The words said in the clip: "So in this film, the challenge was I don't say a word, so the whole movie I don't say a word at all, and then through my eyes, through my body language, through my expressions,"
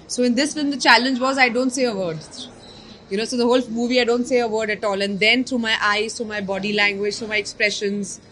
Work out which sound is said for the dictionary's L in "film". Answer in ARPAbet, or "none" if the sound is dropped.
none